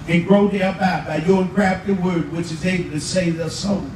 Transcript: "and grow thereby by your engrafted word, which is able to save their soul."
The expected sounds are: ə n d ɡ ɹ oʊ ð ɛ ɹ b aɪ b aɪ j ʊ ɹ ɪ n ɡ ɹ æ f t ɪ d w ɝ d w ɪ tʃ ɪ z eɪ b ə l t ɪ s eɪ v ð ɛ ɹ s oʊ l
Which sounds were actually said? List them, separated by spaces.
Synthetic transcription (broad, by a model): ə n ɡ ɹ oʊ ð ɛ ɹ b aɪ b aɪ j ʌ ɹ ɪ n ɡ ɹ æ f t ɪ w ɝ d w ɪ tʃ ɪ z eɪ b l t ɪ s eɪ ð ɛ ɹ s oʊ